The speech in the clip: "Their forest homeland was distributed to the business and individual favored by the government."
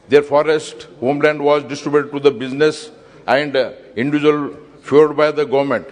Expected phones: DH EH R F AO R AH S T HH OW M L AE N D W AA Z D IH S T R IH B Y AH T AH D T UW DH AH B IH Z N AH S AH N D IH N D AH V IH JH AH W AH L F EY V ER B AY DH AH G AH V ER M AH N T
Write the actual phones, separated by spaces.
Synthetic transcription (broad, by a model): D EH R F AO R AH S T HH OW M L AE N D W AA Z D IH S T R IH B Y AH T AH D T UW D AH B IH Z N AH S AH N D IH N D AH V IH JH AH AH L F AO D B AY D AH G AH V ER M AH N T